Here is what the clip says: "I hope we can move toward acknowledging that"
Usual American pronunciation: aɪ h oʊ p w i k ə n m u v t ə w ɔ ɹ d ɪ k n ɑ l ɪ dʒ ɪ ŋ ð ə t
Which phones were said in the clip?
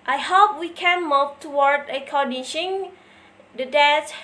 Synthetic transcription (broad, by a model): aɪ h oʊ p w i k ə n m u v t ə w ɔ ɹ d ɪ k ɑ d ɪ ʃ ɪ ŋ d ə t